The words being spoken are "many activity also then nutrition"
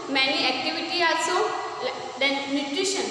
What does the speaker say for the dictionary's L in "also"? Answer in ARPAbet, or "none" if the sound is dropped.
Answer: none